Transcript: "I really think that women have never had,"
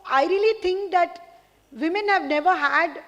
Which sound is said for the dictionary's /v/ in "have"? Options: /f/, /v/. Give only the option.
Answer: /v/